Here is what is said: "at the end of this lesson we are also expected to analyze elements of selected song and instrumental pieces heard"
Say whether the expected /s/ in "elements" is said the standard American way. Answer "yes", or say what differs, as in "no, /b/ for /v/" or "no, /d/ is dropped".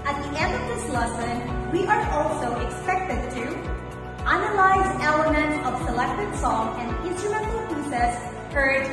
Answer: no, /s/ is dropped